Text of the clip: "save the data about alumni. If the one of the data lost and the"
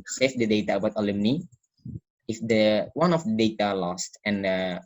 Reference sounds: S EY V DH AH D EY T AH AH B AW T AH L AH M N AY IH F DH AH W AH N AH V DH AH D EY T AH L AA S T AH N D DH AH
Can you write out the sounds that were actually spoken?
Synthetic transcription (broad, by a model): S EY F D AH D EY T AH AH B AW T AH L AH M N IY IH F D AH W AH N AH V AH D EY T AH L AA S T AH N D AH